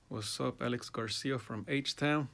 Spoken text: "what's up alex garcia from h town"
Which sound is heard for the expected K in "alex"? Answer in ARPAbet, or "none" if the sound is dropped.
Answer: K